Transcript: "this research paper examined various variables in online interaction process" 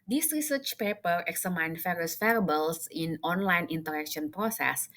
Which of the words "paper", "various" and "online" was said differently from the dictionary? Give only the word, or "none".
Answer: various